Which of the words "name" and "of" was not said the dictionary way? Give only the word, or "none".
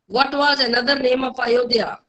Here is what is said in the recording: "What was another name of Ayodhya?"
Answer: of